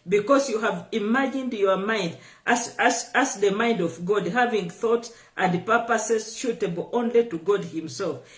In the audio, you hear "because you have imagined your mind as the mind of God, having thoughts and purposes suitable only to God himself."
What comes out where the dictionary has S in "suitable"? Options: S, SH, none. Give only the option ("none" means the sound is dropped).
SH